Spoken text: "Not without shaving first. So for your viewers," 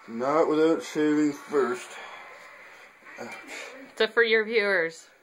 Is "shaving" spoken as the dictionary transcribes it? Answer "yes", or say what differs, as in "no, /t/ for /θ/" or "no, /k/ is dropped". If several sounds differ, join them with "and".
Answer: no, /s/ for /ʃ/